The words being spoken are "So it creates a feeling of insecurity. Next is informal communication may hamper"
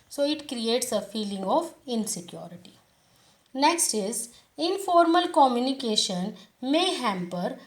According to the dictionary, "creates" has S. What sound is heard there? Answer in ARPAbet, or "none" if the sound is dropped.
S